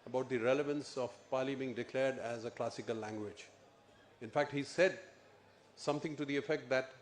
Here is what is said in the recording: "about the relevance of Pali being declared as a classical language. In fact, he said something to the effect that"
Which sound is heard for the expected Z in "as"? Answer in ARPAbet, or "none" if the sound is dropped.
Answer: Z